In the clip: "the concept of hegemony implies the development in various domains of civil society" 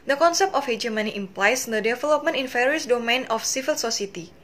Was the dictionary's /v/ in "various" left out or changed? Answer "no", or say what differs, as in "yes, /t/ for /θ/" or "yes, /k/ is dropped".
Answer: yes, /f/ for /v/